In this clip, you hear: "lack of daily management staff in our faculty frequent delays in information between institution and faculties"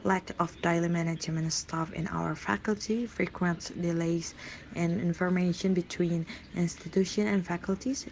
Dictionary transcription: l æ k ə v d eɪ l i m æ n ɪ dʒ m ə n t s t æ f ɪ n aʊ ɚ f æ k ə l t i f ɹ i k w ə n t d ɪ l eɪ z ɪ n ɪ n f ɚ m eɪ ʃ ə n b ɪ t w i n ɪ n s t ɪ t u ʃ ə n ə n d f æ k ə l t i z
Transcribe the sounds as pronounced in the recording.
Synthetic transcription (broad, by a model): l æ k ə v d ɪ l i m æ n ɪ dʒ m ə n s t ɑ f ɪ n aʊ ɚ f æ k ə l t i f ɹ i k w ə n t d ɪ l eɪ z ɪ n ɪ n f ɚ m eɪ ʃ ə n b ɪ t w i n ɪ n s t ɪ t u ʃ ə n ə n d f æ k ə l t i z